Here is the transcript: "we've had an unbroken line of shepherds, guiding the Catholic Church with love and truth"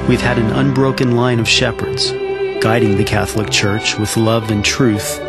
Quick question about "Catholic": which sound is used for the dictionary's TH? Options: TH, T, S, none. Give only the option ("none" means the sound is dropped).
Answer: TH